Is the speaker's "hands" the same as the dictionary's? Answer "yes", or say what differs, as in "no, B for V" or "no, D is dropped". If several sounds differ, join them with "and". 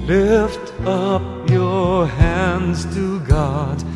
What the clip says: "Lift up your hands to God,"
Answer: yes